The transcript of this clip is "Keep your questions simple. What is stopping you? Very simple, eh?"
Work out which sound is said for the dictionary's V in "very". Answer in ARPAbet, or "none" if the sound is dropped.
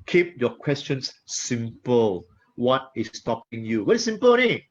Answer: W